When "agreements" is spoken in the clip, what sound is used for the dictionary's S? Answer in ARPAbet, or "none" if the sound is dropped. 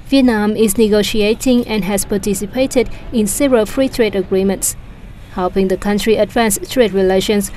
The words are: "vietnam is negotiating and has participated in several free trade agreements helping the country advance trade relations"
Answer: S